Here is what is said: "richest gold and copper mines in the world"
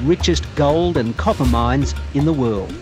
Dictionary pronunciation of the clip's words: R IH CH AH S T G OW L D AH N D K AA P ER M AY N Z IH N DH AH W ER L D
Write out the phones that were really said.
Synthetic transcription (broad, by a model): R IH CH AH S G OW L D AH N K AA P ER M AY N Z IH N DH AH W ER L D